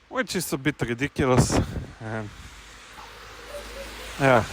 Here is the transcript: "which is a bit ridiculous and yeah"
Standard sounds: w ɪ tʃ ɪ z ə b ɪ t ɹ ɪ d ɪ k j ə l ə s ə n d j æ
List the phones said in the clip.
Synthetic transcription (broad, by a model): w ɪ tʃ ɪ s ə b ɪ t ɹ ɪ d ɪ k j ə l ə s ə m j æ